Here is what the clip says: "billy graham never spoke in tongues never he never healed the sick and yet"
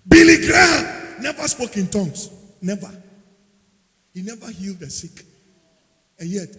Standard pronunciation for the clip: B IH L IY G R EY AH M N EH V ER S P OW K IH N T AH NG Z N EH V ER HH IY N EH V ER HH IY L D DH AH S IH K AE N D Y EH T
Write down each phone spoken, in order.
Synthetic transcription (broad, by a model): B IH L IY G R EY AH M N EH V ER S P OW K IH N T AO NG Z N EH V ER HH IY N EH V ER HH IY L D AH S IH K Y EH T